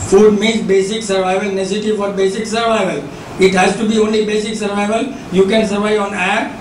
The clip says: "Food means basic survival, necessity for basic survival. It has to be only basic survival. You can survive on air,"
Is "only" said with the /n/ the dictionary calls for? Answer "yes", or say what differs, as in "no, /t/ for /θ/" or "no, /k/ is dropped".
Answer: yes